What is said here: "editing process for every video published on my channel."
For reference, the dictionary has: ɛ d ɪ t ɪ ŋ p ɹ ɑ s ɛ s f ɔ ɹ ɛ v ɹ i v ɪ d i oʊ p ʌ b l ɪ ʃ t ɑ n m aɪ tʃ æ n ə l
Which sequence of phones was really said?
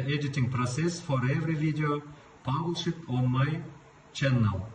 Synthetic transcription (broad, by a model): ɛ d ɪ t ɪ ŋ p ɹ ɑ s ɛ s f ɔ ɹ ɛ v ɹ i v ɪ d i oʊ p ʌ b l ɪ t ɑ n m aɪ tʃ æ n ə l